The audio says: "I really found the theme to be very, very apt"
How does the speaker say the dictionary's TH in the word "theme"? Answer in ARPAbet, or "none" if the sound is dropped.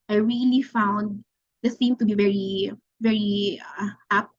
S